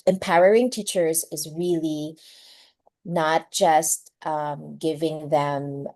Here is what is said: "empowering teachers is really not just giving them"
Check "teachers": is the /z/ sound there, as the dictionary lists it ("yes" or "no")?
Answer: yes